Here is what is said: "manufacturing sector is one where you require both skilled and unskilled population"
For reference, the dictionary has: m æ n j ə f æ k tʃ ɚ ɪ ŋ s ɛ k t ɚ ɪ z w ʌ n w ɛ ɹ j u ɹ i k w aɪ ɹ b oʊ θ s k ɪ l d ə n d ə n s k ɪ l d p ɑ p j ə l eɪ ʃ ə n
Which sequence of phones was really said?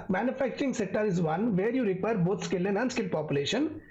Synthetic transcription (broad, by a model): m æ n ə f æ k tʃ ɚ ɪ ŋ s ɛ k t ɚ ɪ z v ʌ n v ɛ ɹ j u ɹ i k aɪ ɹ b oʊ t s k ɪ l ə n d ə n s k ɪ l p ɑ p j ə l eɪ ʃ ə n